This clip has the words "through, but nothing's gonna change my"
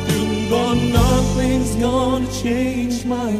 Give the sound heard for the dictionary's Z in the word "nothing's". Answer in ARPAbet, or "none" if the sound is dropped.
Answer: Z